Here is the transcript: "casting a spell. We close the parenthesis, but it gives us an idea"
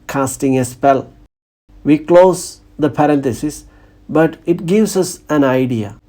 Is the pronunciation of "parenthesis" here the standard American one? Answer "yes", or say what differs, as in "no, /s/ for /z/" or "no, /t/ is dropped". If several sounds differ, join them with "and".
no, /t/ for /θ/